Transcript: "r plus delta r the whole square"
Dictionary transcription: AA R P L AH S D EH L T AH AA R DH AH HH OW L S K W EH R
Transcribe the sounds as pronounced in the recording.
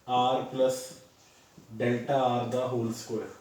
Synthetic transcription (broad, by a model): AA R P L AH S D EH L T AH AA R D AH HH OW L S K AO